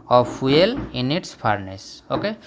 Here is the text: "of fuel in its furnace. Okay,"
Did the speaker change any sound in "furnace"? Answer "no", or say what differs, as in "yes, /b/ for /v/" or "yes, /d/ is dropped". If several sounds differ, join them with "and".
yes, /p/ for /f/